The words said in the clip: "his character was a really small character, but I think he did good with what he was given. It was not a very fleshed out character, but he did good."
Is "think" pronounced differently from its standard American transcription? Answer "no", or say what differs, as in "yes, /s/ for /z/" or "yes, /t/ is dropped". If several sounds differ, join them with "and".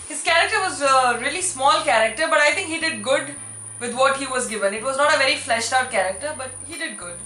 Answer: yes, /t/ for /θ/